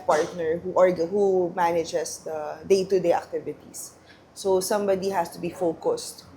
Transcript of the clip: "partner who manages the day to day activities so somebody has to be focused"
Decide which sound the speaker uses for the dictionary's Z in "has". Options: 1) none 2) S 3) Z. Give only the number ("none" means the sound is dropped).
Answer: 2